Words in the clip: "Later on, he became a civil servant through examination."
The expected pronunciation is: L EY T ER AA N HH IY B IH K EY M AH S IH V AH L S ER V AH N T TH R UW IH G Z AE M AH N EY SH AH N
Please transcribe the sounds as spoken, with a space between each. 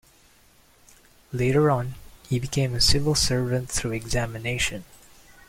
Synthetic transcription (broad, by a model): L EY T ER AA N HH IY B IH K EY M AH S IH V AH L S ER V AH N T TH R UW IH G Z AE M AH N EY SH AH N